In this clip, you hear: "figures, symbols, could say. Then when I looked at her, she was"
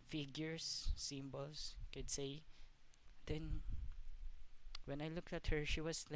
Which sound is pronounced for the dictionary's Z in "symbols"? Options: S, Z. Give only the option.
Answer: S